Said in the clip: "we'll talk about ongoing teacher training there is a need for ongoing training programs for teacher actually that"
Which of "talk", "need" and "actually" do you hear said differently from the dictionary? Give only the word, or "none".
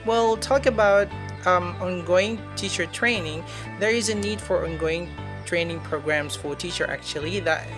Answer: none